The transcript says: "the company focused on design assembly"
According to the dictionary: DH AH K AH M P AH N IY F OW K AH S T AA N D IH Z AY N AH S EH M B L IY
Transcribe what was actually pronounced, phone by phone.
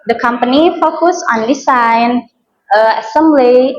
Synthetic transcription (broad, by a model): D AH K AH M P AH N IY F OW K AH S AA N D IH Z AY N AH S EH M B L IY